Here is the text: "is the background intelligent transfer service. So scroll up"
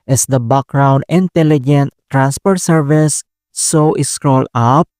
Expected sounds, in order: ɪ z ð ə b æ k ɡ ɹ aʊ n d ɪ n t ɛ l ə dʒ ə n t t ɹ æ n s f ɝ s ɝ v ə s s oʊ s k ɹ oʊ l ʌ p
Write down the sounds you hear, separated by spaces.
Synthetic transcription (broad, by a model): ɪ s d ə b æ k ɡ ɹ aʊ n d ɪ n t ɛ l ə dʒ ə n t t ɹ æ n s p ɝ s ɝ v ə s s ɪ s k ɹ oʊ l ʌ p